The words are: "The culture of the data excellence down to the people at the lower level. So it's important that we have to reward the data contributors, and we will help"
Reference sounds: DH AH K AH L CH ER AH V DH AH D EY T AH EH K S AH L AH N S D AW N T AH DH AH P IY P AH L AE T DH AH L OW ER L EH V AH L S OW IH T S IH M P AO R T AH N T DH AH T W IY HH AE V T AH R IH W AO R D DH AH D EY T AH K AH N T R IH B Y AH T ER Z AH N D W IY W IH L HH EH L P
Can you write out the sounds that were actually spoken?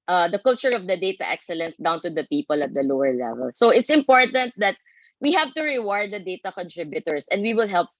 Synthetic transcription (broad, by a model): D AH K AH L CH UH AH V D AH D EY T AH EH K S AH L AH N S D AW N T AH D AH P IY P AH L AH T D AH L OW ER L EH V AH L S OW IH T S IH M P AO R T AH N T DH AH T W IY HH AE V T AH R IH W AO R D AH D EY T AH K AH N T R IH B Y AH T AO S AH N D W IY W IH L HH EH L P